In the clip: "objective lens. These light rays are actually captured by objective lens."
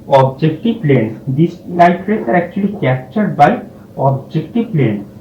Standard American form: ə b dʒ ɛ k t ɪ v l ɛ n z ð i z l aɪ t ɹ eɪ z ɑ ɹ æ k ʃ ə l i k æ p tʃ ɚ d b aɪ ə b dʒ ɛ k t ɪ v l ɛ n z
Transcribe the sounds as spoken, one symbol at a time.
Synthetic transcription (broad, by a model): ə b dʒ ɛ k t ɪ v l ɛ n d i s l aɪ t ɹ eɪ s ɑ ɹ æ k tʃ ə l i k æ p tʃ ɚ d b aɪ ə b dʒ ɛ k t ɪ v l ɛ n